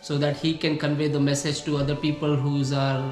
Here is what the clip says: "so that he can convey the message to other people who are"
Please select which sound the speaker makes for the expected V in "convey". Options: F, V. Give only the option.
V